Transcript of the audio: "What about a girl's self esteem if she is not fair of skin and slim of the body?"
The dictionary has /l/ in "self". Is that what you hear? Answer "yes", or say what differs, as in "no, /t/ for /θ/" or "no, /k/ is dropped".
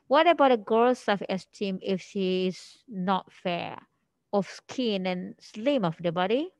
no, /l/ is dropped